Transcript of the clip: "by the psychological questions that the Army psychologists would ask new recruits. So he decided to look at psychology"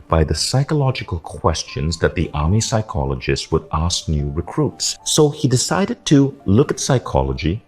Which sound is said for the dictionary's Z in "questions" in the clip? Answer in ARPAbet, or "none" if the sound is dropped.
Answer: Z